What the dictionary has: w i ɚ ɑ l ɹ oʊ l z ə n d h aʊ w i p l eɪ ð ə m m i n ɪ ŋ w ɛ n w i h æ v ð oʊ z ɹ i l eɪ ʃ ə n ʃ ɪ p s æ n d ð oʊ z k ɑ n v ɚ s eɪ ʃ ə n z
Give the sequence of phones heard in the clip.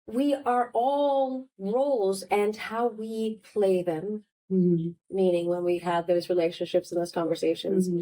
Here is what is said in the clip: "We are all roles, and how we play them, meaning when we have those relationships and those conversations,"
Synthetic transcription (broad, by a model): w i ɚ ɑ l ɹ oʊ l z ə n h aʊ w i p l eɪ ð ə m m i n ɪ ŋ w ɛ n w i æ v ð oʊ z ɹ i l eɪ ʃ ə n ʃ ɪ p s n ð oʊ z k ɑ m v ɚ s eɪ ʃ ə n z